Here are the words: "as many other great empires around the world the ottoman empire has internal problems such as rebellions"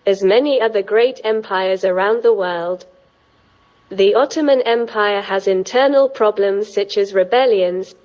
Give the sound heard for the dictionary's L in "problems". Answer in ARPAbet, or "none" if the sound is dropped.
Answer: L